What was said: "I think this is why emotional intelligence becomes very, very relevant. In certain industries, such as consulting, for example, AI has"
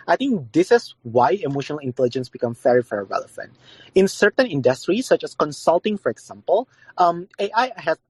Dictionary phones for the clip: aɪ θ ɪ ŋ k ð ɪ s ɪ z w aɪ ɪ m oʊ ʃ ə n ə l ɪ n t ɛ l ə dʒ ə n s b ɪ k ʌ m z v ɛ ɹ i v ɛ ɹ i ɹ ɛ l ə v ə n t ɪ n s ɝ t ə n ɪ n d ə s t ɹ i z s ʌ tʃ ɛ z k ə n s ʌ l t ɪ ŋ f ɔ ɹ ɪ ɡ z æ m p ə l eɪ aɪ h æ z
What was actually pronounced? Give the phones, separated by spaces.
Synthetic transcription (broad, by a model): aɪ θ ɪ ŋ k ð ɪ s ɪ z w aɪ ɪ m oʊ ʃ ə n ə l ɪ n t ɛ l ə dʒ ə n s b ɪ k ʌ m v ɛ ɹ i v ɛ ɹ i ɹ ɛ l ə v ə n t ɪ n s ɝ t ə n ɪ n d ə s t ɹ i s ʌ tʃ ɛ s k ə n s ʌ l t ɪ ŋ f ɔ ɹ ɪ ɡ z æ m p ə l eɪ aɪ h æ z